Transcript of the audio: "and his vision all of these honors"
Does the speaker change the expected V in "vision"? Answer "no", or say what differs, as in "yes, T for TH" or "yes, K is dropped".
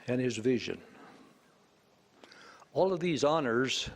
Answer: no